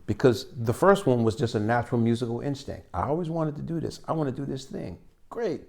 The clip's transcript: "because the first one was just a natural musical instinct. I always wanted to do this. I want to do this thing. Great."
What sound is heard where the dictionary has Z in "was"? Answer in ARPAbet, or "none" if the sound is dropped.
Z